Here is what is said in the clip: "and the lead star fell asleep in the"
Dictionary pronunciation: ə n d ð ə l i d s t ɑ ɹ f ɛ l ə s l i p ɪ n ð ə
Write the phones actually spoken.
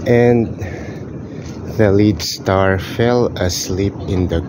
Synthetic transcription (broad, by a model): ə n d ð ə l i d s t ɑ ɹ f ɛ l ə s l i p ɪ n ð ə